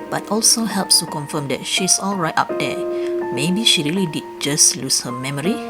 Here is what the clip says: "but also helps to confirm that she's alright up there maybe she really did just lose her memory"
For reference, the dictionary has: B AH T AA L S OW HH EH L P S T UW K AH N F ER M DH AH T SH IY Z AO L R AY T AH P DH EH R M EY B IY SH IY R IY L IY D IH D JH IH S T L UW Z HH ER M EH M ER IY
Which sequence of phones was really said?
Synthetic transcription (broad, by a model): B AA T AA L S OW HH EH L P S T UW K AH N F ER M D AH T SH IY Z AO L R AY T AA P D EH M EY B IY SH IY R IY L IY D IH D JH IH S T L UW S HH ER M EH M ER IY